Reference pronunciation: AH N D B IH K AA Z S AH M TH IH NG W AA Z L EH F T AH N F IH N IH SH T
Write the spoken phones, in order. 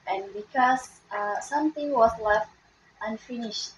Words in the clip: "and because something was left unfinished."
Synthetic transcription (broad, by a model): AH N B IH K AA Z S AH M T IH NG W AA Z L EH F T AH N F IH N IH SH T